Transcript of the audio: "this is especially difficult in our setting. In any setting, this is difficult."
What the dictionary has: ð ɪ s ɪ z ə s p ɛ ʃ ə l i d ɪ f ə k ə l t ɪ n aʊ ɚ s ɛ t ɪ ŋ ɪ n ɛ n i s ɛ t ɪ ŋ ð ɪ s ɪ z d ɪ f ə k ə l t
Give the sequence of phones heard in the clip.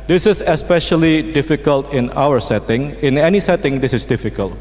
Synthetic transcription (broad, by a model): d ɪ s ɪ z ə s p ɛ ʃ ə l i d ɪ f ə k ə l t ɪ n aʊ ɚ s ɛ t ɪ ŋ ɪ n ɛ n i s ɛ t ɪ ŋ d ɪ s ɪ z d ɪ f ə k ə l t